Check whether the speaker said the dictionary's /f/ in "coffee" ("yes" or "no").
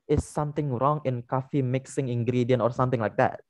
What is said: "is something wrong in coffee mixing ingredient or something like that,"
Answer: yes